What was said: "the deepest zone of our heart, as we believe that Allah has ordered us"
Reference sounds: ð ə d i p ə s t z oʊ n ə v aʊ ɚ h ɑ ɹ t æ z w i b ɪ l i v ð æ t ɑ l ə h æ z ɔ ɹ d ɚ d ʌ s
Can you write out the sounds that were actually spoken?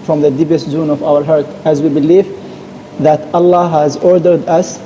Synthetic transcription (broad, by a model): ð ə d i p ə s t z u n ə v aʊ ɚ h ɑ ɹ t æ z w i b ɪ l i v ð æ t ɑ l ə h æ z ɔ ɹ d ɚ d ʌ s